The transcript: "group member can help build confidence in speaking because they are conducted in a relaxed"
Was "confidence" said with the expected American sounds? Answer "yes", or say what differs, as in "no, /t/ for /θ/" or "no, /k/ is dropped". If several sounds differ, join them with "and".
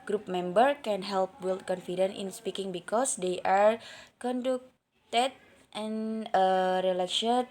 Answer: no, /s/ is dropped